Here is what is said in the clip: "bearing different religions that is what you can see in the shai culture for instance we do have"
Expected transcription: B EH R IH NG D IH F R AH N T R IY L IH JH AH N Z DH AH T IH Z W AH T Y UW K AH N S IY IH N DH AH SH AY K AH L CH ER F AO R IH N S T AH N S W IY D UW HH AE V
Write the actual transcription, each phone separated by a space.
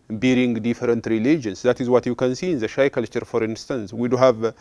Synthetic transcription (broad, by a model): B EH R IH NG D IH F R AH N T R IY L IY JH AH N S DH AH T IH Z W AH T Y UW K AH N S IY IH N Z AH SH AY K AH L CH ER F AO R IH N S T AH N S W IY D UW HH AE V